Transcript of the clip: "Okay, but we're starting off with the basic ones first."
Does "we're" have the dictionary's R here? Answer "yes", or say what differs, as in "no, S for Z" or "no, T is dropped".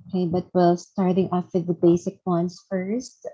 no, L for R